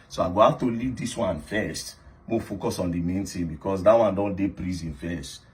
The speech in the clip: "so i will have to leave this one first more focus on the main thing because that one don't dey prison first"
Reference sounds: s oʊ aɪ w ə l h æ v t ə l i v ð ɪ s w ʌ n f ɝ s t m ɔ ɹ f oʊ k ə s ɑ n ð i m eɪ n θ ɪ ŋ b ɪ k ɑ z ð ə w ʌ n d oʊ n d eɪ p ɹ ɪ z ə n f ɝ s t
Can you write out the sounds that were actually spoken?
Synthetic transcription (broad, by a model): s oʊ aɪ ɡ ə h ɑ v t ə l i v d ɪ s w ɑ n f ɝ s t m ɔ f oʊ k ə s ɑ n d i m eɪ n t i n b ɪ k ɑ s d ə w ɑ n d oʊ n d eɪ p ɹ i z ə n f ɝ s t